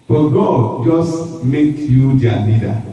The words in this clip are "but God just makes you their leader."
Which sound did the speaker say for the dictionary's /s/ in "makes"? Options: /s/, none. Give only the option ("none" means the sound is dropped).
none